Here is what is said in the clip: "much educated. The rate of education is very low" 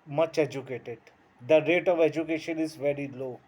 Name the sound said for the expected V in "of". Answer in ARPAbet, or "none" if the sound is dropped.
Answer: V